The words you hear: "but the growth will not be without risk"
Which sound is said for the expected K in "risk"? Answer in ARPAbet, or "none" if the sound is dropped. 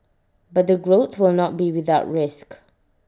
K